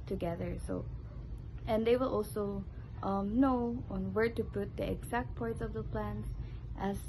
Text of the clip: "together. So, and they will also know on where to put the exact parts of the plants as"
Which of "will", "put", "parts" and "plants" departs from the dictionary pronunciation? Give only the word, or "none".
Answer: plants